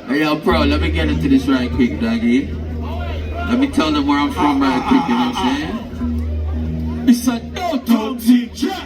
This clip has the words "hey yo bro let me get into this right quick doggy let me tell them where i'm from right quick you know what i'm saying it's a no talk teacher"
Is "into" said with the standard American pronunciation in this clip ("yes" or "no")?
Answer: yes